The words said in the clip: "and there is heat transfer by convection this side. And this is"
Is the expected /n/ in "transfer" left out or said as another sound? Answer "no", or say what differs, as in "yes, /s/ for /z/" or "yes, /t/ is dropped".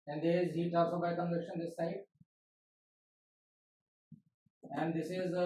yes, /l/ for /n/